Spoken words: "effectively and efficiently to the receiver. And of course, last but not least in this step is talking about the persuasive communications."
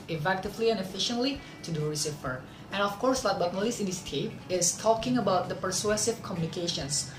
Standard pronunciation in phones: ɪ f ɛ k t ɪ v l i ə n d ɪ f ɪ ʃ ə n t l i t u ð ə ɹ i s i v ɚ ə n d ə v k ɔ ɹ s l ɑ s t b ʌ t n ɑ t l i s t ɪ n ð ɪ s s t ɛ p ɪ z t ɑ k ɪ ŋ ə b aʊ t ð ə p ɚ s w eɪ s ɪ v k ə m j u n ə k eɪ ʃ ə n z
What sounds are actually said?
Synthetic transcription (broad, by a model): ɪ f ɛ k t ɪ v l i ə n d ɪ f ɪ ʃ ə n t l i t u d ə ɹ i s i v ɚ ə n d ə f k ɔ ɹ s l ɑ t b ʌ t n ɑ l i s ɪ n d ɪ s s t ɛ p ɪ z t ɑ k ɪ ŋ ə b aʊ t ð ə p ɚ s w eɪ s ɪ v k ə m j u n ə k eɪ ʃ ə n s